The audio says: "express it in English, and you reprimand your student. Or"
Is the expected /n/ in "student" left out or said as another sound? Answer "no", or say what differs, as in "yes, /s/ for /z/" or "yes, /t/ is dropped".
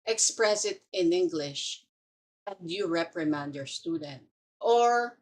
no